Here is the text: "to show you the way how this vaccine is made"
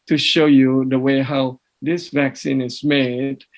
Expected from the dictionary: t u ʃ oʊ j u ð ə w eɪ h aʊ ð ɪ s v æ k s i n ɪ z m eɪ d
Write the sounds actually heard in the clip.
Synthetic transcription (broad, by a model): t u ʃ oʊ j u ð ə w eɪ h aʊ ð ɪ s v æ k s i n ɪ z m eɪ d